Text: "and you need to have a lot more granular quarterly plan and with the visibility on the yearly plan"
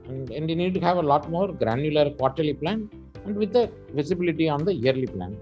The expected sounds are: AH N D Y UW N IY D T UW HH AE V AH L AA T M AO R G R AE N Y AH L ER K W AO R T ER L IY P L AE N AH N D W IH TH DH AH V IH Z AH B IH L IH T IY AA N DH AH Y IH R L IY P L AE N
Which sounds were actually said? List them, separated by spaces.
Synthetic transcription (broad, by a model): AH N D Y UW N IY D T UW HH AE V AH L AA T M AO R G R AE N Y AH L ER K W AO R T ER L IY P L AE N AH N D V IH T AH V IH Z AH B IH L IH T IY AA N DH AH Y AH R L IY P L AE N